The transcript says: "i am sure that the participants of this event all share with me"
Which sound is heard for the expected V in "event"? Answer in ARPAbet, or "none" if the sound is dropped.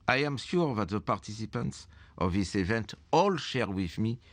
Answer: V